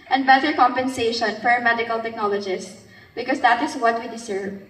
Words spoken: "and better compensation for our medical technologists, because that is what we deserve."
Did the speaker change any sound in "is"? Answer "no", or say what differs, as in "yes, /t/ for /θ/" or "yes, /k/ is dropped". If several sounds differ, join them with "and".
yes, /s/ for /z/